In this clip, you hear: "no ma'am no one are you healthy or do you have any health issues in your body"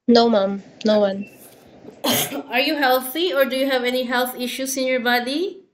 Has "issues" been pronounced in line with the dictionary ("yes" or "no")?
no